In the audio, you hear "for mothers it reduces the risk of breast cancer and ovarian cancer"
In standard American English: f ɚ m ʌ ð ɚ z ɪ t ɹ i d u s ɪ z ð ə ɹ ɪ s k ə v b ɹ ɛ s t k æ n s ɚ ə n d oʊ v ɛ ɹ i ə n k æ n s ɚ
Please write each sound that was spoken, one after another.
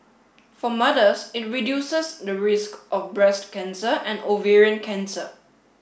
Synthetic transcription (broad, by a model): f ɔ m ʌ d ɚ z ɪ t ɹ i d u s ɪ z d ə ɹ ɪ s k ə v b ɹ ɛ s t k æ n s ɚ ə n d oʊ v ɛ ɹ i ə n k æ n s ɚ